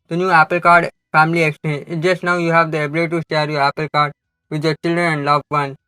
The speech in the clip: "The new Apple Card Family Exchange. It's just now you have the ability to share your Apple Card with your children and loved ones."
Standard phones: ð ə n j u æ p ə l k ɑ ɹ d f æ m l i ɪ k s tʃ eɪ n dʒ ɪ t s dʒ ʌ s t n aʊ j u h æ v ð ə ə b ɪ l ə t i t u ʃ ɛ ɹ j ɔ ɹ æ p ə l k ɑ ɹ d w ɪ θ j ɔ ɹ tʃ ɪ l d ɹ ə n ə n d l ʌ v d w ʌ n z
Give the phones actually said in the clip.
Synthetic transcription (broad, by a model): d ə n j u æ p ə l k ɑ ɹ d f æ m l i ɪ k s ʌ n ɪ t dʒ ʌ s t n aʊ j u h æ v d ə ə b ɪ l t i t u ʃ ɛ ɹ j ɔ ɹ æ p ə l k ɑ ɹ d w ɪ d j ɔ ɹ tʃ ɪ l d ɹ ə n ə n d l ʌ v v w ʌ n